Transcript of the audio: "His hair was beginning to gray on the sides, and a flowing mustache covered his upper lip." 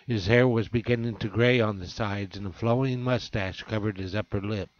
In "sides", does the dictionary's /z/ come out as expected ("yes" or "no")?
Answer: yes